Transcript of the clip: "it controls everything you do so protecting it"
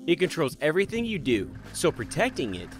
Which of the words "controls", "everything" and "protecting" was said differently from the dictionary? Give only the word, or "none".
none